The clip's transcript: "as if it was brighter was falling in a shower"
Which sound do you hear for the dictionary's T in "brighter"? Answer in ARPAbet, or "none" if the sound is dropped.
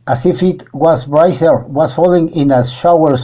S